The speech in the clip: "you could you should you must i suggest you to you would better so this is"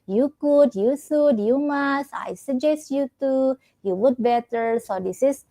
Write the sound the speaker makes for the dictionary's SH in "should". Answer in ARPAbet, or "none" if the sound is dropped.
S